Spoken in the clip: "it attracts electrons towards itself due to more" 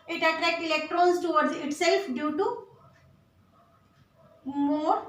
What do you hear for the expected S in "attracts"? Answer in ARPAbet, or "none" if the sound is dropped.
none